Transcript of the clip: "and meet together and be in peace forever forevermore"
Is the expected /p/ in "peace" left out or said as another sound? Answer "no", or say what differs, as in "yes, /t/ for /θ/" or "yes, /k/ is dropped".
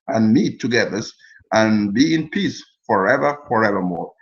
no